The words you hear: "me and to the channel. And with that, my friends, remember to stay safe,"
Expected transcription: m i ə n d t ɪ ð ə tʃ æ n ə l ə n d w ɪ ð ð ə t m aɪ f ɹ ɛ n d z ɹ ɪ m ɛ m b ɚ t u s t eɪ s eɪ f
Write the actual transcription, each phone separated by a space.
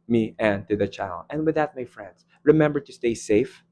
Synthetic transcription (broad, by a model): m i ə n t ɪ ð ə tʃ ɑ ə l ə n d w ɪ ð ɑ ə t m aɪ f ɹ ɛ n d s ɹ ɪ m ɛ m b ɚ t u s t eɪ s eɪ f